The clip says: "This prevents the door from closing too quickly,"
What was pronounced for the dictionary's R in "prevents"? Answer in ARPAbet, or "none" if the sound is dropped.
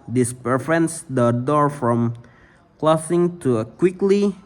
none